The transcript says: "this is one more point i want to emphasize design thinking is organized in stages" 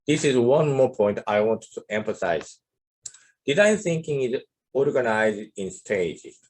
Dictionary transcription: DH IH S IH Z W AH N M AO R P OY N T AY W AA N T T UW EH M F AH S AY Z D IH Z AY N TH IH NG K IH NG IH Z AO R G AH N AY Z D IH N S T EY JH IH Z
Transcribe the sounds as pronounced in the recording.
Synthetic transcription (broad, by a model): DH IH S IH Z W AH N M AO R P OY N T AY W AA N T T UW EH M F AH S AY Z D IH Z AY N TH IH NG K IH NG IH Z AO R G AH N AY Z D IH N S T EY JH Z